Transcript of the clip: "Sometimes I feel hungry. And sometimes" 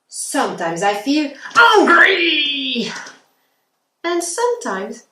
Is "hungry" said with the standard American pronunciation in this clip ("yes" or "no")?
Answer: no